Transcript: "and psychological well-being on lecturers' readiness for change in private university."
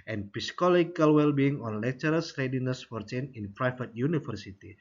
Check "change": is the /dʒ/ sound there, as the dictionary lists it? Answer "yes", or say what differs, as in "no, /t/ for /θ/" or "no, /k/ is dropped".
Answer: no, /dʒ/ is dropped